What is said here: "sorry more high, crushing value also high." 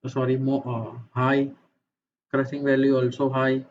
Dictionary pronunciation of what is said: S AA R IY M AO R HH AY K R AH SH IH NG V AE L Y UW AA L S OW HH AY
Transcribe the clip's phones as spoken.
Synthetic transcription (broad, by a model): S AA R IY M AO HH AY K R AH S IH NG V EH L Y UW AA L S OW HH AY